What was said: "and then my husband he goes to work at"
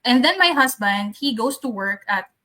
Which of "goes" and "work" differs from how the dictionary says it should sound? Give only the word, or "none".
goes